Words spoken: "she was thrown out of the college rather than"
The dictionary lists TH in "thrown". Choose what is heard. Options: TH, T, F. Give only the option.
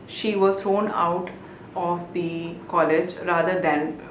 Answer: T